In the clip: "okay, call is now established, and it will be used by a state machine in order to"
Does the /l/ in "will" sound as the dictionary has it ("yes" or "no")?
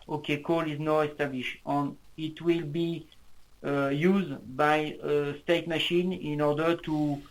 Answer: yes